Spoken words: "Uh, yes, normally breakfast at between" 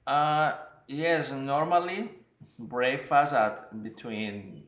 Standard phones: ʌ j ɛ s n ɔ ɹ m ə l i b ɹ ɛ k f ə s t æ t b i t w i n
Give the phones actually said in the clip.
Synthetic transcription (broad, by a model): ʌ j ɛ s n ɔ ɹ m ə l i b ɹ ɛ f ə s æ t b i t w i n